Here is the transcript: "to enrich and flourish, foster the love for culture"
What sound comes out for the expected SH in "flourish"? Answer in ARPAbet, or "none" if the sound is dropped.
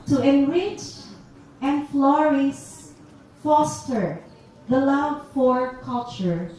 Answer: S